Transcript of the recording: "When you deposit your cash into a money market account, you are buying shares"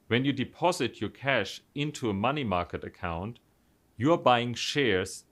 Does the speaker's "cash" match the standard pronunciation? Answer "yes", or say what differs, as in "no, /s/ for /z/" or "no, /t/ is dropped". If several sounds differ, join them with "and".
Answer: yes